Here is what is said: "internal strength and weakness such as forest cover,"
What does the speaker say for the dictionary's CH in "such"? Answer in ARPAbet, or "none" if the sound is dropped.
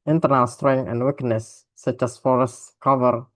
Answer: CH